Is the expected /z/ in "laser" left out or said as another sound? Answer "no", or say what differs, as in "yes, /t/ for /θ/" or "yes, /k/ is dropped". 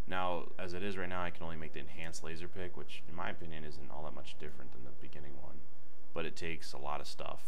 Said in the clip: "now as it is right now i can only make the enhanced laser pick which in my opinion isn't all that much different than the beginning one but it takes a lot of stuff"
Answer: no